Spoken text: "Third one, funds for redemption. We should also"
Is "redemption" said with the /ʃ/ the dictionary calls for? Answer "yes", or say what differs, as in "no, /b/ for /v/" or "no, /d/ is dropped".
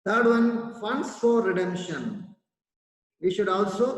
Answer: yes